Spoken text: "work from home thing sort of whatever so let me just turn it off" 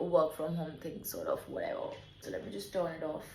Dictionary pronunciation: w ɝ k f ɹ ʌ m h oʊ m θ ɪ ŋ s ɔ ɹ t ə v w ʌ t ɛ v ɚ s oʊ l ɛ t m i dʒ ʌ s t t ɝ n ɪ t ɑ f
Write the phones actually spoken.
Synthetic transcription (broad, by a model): w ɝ k f ɹ ʌ m h oʊ m θ ɪ ŋ s ɔ ɹ t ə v w ʌ t ɛ v ɚ s oʊ l ɛ t m i dʒ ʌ s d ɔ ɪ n ɪ t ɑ f